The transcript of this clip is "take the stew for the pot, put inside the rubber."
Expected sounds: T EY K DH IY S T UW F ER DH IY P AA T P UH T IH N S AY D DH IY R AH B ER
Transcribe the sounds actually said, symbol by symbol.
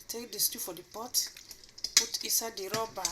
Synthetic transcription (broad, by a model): T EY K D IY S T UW F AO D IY P AA T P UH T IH S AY D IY R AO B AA